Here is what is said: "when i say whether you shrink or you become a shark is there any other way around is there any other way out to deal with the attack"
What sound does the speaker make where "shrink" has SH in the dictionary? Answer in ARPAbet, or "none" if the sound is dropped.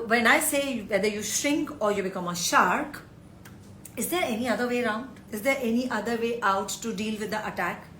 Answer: SH